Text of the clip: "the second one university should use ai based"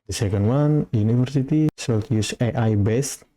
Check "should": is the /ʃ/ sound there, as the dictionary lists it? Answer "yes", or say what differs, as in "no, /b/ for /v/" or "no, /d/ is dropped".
no, /s/ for /ʃ/